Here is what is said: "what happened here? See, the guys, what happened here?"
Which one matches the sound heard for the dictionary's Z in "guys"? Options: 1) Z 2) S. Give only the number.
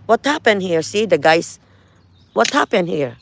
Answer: 2